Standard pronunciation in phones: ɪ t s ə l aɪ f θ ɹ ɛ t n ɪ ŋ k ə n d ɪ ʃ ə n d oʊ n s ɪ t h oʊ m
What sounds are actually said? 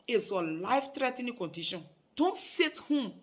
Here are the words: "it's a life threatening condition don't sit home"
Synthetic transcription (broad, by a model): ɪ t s ə l aɪ f t ɹ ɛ t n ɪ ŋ k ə n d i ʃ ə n d oʊ n s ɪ t h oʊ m